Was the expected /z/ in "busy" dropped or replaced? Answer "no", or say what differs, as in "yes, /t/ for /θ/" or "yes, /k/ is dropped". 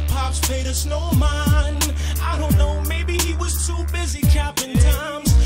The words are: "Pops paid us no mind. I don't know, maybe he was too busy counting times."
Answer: no